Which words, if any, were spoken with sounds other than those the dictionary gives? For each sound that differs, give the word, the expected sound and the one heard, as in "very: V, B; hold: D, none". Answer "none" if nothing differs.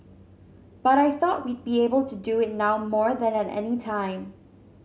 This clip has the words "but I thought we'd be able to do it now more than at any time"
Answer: none